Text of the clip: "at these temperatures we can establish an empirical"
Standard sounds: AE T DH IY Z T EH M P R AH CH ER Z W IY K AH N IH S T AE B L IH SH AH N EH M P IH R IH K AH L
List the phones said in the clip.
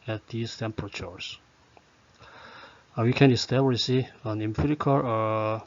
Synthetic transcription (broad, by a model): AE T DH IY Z T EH M P R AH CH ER S W IY K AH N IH S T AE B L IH S AH N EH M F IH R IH K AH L